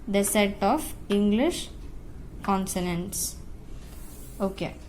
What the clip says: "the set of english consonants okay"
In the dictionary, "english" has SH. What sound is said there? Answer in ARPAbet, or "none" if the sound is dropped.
SH